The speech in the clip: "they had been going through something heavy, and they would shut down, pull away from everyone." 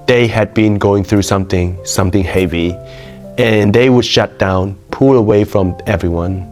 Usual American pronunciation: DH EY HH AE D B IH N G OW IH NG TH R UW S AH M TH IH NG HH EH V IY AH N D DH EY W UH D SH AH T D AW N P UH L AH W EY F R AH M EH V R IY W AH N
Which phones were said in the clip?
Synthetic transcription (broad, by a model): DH EY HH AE D B IH N G OW IH NG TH R UW S AH M TH IH NG HH EH V IY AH N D DH EY W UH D SH AH T D AW N P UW L AH W EY F R AH M EH V R IY W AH N